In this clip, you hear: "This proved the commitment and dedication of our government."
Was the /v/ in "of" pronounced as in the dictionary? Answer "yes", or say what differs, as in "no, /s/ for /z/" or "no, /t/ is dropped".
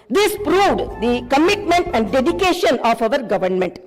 yes